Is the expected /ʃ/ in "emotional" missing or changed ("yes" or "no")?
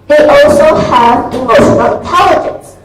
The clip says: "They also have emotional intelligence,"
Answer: yes